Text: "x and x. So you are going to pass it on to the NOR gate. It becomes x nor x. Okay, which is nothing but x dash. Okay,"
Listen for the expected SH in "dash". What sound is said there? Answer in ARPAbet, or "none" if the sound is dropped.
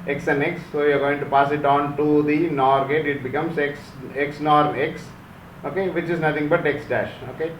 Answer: SH